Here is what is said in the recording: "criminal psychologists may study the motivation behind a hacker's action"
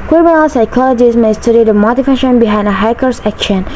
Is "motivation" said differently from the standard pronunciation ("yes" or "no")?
yes